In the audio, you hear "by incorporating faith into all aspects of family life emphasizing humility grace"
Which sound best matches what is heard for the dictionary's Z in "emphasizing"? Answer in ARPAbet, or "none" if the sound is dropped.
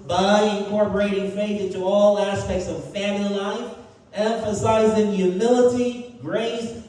Z